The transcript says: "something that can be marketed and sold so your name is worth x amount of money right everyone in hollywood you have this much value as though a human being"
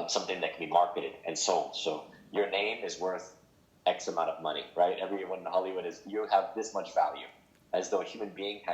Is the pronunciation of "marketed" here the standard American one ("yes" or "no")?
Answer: yes